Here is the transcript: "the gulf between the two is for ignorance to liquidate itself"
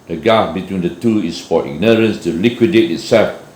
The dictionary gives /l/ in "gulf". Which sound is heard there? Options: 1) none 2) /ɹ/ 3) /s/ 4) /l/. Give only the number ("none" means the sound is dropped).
1